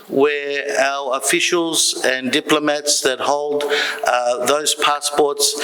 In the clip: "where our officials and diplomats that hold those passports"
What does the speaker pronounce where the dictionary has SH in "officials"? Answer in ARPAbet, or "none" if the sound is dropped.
SH